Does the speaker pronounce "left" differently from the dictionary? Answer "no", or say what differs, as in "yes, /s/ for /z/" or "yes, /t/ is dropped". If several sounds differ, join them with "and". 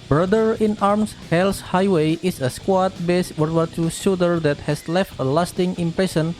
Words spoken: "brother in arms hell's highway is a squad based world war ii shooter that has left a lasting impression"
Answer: no